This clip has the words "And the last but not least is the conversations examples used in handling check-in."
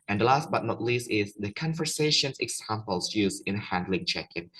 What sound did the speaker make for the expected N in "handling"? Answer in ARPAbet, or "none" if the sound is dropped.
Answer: N